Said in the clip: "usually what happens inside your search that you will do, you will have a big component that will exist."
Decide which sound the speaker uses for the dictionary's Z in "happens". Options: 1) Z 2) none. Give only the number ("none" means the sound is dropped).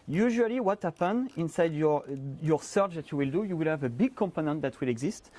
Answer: 2